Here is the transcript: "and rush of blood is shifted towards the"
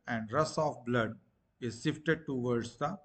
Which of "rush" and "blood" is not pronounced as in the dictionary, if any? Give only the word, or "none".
rush